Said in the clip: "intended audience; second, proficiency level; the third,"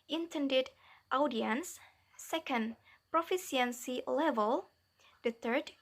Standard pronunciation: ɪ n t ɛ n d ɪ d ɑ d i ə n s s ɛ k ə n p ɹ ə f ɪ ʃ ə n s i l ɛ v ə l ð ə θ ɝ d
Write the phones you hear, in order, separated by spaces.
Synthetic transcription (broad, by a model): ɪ n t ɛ n d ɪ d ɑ d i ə n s s ɛ k ə n p ɹ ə f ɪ s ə n s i l ɛ v ə l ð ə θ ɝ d